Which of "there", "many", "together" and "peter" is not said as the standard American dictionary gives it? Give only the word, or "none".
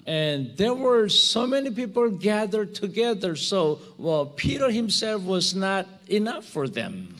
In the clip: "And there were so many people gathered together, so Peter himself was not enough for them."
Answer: none